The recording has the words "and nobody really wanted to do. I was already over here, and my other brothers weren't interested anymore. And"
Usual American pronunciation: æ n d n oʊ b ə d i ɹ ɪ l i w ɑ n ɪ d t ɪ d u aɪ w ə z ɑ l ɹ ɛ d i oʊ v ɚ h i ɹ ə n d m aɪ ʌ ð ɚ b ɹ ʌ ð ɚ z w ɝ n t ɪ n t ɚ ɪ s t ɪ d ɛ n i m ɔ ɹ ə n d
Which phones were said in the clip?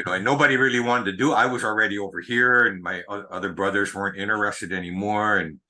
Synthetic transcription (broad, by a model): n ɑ n oʊ b ə d i ɹ ɪ l i w ɑ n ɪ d t ɪ d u aɪ w ə z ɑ l ɹ ɛ d i oʊ v ɚ h i ɹ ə n m aɪ ʌ ð ɚ b ɹ ʌ ð ɚ z w ɝ n t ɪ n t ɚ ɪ s t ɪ d ɛ n i m ɔ ɹ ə n